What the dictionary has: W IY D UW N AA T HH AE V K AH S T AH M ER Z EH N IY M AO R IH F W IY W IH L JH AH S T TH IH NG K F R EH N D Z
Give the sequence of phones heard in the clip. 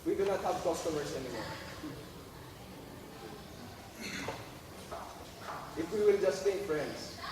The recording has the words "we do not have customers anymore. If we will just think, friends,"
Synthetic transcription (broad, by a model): W IY D UW N AA T HH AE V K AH S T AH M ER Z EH N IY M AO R IH F W IY W IH L JH AH S T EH K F R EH N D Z